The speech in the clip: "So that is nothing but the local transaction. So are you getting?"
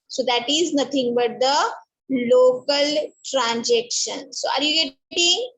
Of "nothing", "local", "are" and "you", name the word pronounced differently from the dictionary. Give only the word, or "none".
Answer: nothing